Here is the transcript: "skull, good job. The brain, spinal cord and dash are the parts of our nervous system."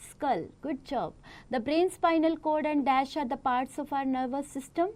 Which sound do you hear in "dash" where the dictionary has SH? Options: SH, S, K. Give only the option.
SH